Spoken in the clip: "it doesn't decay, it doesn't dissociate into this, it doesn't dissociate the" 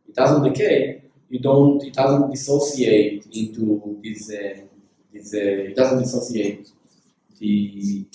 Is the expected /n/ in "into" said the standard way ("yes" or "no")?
yes